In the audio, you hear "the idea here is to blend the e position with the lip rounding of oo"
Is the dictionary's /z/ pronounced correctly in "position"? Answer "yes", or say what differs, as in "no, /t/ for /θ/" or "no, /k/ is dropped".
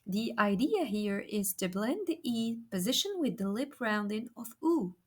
yes